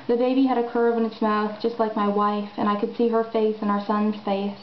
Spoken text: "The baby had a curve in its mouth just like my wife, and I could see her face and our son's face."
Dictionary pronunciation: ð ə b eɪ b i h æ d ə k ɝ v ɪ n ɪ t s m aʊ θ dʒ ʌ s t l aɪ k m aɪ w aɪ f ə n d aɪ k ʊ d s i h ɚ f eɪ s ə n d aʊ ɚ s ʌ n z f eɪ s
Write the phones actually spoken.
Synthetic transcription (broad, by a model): ð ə b eɪ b i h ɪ d ə k ɝ v ɪ n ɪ t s m aʊ θ dʒ ʌ s t l aɪ k m aɪ w aɪ f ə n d aɪ k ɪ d s i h ɚ f eɪ s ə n aʊ ɚ s ʌ n z f eɪ s